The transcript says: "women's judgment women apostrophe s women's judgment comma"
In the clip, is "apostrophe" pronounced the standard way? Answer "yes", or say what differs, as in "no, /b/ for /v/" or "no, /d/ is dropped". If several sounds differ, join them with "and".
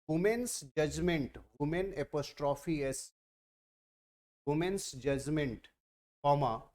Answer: yes